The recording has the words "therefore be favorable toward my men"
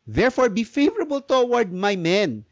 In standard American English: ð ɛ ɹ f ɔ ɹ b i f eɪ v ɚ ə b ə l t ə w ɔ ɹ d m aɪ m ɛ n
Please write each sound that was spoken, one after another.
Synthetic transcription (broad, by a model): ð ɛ ɹ f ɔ ɹ b i f eɪ v ɚ ə b ə l t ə w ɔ ɹ d m aɪ m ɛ n